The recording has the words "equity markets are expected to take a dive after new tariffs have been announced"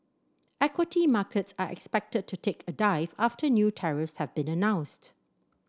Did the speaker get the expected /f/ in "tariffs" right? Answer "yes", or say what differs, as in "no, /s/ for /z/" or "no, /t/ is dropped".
yes